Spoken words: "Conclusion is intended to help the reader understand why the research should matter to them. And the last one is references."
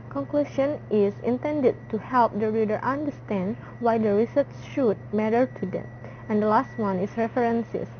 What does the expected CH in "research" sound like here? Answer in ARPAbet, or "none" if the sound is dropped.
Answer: S